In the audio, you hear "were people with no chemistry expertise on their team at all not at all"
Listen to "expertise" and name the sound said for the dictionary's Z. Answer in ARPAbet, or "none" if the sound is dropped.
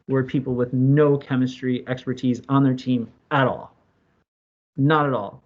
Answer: Z